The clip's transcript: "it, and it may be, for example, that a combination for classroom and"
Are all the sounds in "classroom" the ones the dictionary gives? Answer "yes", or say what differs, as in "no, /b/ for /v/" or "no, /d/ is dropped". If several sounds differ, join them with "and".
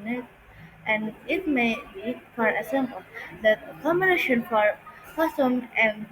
no, /l/ is dropped and /ɹ/ is dropped